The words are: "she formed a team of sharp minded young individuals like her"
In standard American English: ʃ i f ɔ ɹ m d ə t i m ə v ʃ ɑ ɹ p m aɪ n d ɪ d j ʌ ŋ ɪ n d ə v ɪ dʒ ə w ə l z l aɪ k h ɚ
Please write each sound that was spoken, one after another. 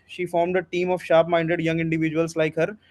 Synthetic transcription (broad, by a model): ʃ i f ɔ ɹ m d ə t i m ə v ʃ ɑ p m aɪ n d ɪ d j ʌ ŋ ɪ n d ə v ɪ dʒ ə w ə l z l aɪ k h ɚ